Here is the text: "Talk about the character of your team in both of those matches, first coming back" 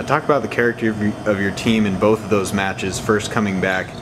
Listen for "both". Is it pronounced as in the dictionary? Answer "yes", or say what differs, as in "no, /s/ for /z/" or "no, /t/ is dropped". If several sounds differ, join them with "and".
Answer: yes